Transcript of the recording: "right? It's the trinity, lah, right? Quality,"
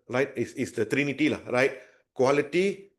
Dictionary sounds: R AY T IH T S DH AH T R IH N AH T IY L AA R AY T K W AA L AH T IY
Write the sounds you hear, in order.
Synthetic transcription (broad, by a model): R AY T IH S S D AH T R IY N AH T IY L AA R AY T K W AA L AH T IY